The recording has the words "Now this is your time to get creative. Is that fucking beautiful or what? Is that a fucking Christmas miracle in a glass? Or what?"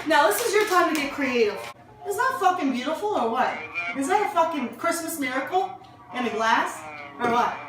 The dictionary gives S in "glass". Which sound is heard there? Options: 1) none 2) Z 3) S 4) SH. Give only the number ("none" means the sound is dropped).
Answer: 3